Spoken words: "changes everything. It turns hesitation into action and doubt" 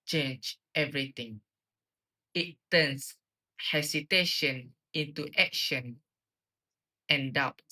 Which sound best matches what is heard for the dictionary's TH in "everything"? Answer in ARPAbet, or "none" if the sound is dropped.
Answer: T